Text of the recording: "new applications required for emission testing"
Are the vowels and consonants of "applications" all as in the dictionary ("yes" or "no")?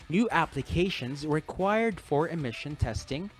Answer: yes